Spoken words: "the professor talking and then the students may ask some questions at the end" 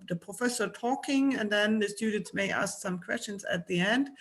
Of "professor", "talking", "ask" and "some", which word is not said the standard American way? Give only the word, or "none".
none